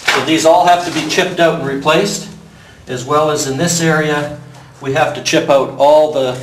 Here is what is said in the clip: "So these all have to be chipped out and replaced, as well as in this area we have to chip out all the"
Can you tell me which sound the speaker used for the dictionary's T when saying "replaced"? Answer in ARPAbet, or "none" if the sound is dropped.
T